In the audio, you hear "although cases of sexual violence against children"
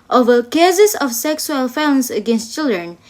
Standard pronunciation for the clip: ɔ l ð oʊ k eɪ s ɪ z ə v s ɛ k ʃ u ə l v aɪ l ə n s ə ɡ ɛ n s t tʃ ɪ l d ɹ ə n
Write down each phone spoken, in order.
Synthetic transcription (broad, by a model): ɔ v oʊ k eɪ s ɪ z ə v s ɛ k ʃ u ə l f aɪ ə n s ə ɡ ɛ n s t tʃ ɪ l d ɹ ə n